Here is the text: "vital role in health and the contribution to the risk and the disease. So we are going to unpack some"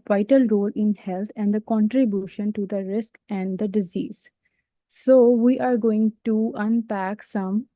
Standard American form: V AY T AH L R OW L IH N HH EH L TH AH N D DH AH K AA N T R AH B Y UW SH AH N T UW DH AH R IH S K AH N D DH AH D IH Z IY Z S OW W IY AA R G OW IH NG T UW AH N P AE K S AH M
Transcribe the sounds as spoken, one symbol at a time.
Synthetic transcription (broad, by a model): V AY T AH L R OW L IH N HH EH L T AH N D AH K AA N T R AH B Y UW SH AH N T UW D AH R IH S K AH N D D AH D IH Z IY Z S OW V IY AA R G OW IH NG T UW AH N P AE K S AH M